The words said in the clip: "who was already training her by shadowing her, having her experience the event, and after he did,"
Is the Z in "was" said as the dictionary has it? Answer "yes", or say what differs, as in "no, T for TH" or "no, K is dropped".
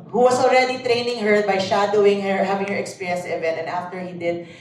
no, S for Z